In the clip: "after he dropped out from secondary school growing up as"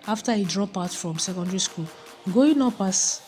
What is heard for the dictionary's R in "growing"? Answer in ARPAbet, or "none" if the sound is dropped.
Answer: none